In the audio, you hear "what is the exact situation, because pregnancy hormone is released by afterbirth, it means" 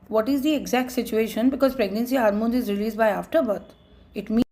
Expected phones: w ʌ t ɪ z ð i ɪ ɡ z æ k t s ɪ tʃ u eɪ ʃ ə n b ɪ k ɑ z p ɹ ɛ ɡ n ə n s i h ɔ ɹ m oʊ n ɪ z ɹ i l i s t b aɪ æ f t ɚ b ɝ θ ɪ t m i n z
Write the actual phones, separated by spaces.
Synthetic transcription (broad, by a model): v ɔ t ɪ z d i ɪ ɡ z æ k t s ɪ tʃ u eɪ ʃ ə n b ɪ k ɑ z p ɹ ɛ ɡ n ə n s i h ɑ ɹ m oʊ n ɪ z ɹ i l i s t b aɪ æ f t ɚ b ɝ t ɪ t m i